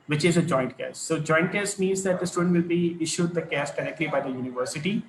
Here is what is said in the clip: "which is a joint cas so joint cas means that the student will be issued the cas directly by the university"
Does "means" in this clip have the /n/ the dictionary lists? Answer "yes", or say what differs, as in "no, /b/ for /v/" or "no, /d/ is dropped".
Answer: yes